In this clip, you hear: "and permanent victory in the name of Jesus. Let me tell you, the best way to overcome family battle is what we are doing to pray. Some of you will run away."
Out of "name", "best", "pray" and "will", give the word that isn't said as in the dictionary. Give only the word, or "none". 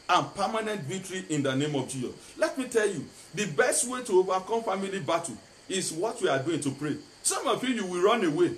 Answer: will